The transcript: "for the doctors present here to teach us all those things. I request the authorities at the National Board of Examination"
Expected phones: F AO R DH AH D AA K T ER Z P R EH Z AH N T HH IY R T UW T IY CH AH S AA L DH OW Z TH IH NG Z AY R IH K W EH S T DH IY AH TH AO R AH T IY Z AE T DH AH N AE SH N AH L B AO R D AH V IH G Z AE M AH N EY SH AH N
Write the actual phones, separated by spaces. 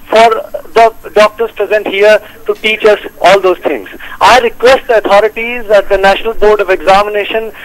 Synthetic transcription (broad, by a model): F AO R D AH D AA K T ER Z P R EH Z AH N T HH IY R T UW T IY CH AH S AA L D OW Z T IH NG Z AY R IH K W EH S T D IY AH T AO R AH T IY Z AE T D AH N AE SH N AH L B AO R D AH V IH G Z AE M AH N EY SH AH N